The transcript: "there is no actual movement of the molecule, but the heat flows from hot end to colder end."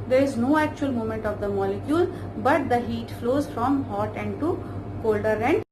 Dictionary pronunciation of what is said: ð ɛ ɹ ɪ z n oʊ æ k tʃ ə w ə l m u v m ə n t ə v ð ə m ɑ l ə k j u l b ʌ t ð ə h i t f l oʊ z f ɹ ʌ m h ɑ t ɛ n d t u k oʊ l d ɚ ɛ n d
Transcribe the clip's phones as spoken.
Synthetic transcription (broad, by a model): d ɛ ɹ ɪ z n oʊ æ k tʃ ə ə l m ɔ m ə n t ə v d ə m ɑ l ə k j u l b ʌ t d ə h i t f l oʊ z f ɹ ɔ m h ɑ t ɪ n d t u k oʊ l d ɚ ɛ n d